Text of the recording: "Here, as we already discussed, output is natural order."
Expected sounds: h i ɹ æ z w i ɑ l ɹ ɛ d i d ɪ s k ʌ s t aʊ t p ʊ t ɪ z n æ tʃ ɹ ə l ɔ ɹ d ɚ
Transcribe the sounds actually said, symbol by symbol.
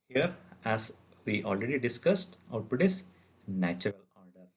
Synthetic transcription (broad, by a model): h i ɹ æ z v i ɑ l ɹ ɛ d i d ɪ s k ʌ s t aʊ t ʊ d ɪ s n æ tʃ ɹ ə l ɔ ɹ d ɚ